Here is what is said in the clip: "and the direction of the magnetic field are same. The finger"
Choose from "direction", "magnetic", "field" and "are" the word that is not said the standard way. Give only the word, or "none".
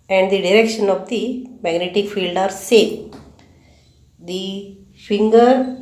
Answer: none